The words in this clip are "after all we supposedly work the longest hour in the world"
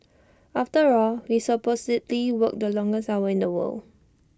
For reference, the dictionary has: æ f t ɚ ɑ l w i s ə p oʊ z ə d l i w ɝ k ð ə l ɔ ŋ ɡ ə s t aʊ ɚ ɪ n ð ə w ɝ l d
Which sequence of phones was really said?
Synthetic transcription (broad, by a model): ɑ f t ɚ ɑ l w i s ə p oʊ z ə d l i w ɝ k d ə l ɔ ŋ ɡ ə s aʊ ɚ ɪ n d ə w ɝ l